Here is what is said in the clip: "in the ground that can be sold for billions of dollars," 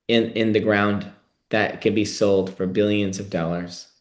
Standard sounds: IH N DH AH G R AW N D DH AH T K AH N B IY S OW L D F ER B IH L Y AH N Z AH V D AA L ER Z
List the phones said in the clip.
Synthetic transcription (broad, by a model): IH N DH AH G R AW N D DH AH T K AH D B IY S OW L D F ER B IH L Y AH N Z AH V D AA L ER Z